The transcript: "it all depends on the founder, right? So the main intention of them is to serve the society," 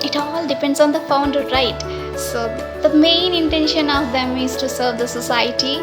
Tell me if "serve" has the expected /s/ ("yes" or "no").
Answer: yes